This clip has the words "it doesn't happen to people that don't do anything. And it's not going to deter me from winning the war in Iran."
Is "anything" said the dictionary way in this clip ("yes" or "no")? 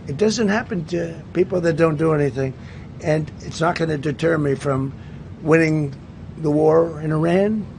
yes